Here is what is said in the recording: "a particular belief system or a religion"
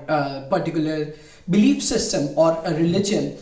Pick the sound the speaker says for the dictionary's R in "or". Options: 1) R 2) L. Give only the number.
1